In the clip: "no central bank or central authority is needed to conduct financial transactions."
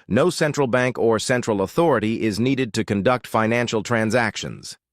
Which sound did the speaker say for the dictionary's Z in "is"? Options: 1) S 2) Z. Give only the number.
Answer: 2